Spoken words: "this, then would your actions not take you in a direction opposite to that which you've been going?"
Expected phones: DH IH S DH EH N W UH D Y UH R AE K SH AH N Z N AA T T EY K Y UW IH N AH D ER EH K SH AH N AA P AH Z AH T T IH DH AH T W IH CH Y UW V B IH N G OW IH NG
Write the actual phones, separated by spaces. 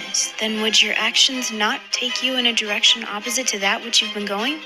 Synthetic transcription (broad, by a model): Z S DH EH N W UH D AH R AE K SH AH N Z N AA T T EY K Y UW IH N AH D ER EH K SH AH N AA P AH Z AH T T IH DH AH T W IH CH Y UW V B IH N G OW IH NG